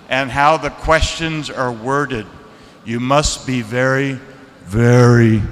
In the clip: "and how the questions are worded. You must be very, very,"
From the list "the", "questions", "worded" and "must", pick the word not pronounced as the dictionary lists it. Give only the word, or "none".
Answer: none